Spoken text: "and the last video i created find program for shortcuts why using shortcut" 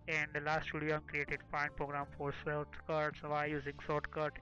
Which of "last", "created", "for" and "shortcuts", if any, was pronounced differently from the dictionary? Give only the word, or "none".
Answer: shortcuts